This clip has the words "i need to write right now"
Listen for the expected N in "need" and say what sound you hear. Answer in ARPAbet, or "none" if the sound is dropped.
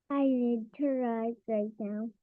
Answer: L